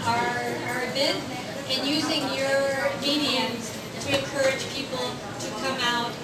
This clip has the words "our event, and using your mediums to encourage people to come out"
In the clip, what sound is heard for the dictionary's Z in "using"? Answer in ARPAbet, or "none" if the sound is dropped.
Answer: Z